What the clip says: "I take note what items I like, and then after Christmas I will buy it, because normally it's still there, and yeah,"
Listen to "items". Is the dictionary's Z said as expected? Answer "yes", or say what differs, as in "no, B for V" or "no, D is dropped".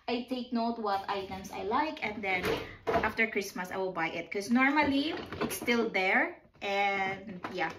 no, S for Z